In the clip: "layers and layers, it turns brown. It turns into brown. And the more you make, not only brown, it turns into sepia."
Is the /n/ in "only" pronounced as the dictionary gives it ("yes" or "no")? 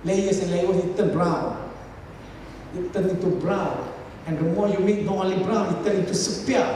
no